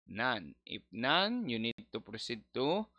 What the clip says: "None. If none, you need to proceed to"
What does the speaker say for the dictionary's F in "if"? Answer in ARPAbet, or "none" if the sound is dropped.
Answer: P